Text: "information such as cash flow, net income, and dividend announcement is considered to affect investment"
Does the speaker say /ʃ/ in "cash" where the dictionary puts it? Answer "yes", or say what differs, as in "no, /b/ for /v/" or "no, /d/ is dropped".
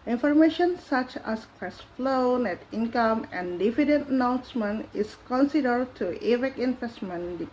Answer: no, /s/ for /ʃ/